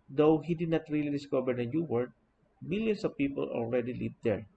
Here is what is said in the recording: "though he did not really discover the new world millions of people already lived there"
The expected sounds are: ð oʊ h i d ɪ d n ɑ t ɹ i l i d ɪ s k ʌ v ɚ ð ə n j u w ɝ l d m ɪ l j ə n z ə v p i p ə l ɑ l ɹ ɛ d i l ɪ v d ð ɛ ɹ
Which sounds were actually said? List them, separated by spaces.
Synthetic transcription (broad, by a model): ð oʊ h i d ɪ d n ɑ t ɹ i l i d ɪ s k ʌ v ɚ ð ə n j u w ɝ d m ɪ l j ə n s ə v p i p ə l ɑ l ɹ ɛ d i l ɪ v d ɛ ɹ